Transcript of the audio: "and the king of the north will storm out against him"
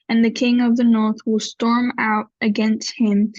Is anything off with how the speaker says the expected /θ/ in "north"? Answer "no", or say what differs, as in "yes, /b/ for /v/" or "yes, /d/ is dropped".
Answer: no